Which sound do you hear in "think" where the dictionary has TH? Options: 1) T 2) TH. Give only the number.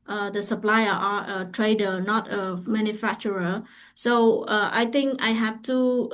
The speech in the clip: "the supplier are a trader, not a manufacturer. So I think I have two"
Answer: 1